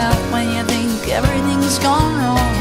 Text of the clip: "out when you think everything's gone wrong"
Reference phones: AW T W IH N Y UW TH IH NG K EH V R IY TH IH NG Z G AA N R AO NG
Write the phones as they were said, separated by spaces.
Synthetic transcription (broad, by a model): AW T W IH N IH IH TH IH NG K EH V R IY TH IH NG Z G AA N R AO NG